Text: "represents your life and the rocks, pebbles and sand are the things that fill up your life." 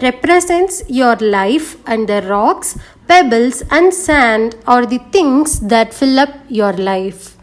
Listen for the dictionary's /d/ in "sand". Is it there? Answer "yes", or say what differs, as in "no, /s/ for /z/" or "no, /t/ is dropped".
yes